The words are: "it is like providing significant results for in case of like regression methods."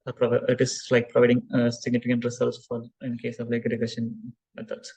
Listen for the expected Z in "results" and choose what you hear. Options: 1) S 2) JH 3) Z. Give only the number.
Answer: 1